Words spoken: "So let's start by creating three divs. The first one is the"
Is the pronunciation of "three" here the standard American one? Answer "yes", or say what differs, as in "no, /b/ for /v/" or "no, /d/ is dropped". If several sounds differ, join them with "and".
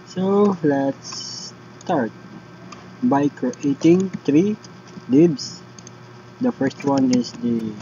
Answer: no, /t/ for /θ/